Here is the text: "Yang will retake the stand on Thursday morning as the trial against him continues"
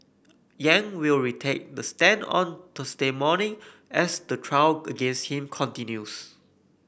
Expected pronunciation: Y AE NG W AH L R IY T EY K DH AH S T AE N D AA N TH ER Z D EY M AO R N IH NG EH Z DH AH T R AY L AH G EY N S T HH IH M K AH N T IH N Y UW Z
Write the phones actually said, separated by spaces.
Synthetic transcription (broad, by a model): Y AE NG W AH L R IY T EY K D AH S T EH N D AA N T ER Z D EY M AO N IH NG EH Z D AH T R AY W AH G EY N S T HH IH M K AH N T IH N Y UW S